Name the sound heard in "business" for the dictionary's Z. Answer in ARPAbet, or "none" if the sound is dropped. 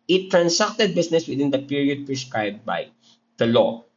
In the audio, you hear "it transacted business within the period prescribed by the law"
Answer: S